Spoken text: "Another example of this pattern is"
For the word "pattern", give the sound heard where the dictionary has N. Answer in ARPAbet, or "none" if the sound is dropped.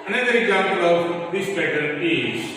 L